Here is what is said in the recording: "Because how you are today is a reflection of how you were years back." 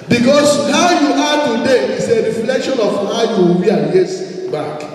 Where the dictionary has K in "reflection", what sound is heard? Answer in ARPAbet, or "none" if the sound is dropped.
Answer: K